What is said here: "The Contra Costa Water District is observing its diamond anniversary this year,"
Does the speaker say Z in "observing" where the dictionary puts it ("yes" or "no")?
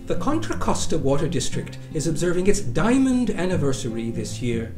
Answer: yes